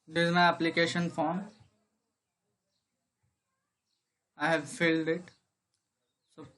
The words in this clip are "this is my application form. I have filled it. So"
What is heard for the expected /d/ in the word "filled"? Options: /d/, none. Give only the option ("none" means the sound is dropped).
/d/